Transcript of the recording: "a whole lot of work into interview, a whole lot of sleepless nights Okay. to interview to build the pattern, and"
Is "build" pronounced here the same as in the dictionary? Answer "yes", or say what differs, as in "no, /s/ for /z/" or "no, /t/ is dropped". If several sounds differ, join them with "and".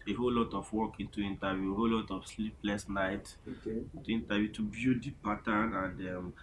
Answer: no, /l/ is dropped